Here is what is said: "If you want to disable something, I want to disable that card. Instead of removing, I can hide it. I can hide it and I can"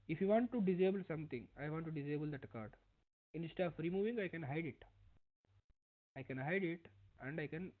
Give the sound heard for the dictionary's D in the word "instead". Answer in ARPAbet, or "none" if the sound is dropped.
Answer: none